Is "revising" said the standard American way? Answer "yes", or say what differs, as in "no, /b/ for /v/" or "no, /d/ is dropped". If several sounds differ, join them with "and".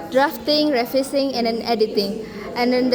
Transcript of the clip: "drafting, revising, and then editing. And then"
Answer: no, /f/ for /v/ and /s/ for /z/